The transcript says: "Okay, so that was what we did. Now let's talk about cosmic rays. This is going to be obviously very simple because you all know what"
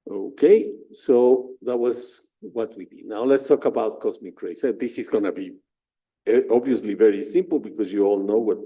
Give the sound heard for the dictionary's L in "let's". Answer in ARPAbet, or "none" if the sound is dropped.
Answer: L